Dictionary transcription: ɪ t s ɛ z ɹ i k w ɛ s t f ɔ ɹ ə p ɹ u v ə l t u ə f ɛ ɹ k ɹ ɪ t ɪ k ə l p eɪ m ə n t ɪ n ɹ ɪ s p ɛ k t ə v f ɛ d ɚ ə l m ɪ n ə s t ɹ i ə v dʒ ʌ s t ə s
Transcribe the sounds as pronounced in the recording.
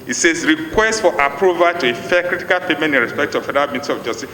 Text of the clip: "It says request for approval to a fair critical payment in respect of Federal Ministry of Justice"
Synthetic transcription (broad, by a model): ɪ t s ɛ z ɹ i k w ɛ s t f ɔ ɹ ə p ɹ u v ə t u ə f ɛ k ɹ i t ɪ k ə l p eɪ m ə n t ɪ n ɹ ɪ s p ɛ k t ə v f ɛ d ɚ ə l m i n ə t i ə v dʒ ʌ s t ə s